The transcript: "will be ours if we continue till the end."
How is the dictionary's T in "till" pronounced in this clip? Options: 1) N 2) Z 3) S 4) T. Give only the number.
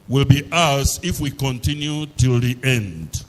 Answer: 4